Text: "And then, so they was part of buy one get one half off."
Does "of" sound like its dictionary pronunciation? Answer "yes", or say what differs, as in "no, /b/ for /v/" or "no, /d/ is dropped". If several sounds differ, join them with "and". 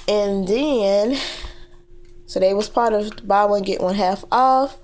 yes